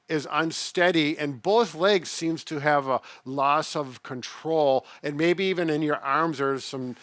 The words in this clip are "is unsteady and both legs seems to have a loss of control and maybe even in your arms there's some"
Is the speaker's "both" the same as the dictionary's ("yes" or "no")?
yes